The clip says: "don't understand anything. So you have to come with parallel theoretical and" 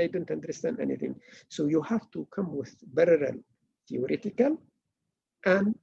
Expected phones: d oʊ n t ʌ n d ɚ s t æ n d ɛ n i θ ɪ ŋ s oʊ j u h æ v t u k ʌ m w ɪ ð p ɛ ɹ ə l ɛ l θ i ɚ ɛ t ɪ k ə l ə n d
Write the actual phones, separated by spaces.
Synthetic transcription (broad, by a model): d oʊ n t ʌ n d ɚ s t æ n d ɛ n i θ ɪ ŋ s oʊ j u h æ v t u k ʌ m w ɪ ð b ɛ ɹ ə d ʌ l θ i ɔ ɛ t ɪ k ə l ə n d